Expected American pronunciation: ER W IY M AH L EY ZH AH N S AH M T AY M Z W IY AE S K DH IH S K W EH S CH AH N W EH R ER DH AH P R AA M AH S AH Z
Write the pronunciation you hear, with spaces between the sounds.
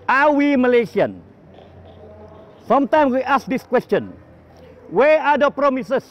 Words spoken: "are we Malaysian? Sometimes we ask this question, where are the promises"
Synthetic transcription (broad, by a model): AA W IY M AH L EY S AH N S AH M T AY M W IY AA S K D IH S K W EH S CH AH N W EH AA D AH P R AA M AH S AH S